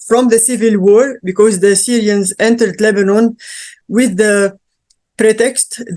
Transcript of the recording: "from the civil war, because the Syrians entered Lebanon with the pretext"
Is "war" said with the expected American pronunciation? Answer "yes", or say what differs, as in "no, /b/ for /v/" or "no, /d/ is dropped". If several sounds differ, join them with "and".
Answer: yes